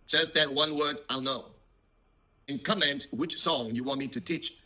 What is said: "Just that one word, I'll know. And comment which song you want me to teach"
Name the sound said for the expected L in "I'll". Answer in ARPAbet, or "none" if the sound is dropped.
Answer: L